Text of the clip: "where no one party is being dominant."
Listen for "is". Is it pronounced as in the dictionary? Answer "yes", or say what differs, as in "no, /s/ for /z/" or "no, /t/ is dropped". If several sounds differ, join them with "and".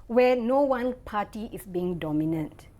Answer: no, /s/ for /z/